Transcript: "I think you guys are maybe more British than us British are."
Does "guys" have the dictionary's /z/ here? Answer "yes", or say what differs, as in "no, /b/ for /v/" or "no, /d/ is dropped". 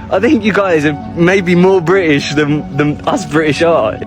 yes